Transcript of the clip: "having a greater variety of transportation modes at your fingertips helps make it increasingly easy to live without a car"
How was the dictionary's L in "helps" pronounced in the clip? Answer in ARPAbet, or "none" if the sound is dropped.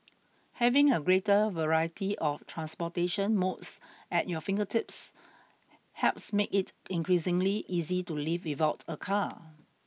none